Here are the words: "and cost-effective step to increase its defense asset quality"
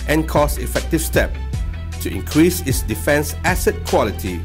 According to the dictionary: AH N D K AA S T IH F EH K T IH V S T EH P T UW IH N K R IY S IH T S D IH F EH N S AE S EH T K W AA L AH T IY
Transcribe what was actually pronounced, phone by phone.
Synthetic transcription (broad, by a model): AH N K AA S IH F EH K T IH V S T EH P T UW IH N K R IY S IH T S D IH F EH N S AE S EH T K W AA L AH T IY